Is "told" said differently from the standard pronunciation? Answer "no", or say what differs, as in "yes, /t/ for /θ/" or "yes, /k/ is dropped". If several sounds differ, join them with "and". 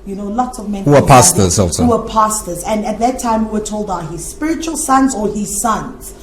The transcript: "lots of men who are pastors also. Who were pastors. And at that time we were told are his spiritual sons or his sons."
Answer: no